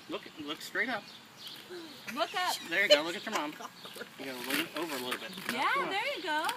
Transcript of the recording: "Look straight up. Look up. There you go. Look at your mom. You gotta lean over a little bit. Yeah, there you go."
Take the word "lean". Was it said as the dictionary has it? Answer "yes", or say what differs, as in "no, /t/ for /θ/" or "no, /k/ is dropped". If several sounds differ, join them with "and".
no, /n/ is dropped